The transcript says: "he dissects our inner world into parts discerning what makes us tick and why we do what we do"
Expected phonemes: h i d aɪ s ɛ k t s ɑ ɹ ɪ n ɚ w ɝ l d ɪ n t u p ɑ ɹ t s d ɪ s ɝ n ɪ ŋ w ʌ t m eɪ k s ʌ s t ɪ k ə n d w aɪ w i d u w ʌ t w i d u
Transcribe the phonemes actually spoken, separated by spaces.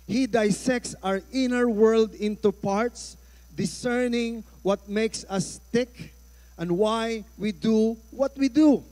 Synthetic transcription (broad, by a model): h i d aɪ s ɛ k t s ɑ ɹ ɪ n ɚ w ɝ l d ɪ n t u p ɑ ɹ t s d ɪ s ɝ n ɪ ŋ w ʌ t m eɪ k s ʌ s t ɪ k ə n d w aɪ w i d u w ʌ t w i d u